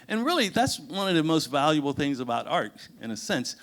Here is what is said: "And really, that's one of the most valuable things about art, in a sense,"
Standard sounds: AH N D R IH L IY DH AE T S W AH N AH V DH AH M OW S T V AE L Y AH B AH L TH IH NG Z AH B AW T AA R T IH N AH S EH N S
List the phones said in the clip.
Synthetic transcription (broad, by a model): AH N R IH L IY DH AE T S W AH N AH V DH AH M OW S T V AE L Y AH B L TH IH NG Z AH B AW T AA R T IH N AH S EH N S